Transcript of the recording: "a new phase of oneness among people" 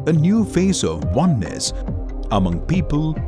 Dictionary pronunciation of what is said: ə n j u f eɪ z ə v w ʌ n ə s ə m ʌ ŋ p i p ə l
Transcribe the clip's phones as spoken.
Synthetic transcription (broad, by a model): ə n j u f eɪ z ə v w ʌ n ə s ə m ʌ ŋ p i p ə l